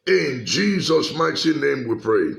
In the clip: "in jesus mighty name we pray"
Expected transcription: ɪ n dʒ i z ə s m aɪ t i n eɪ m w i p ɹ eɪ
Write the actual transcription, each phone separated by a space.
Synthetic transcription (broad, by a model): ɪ n dʒ i z ə s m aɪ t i n eɪ m w i p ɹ eɪ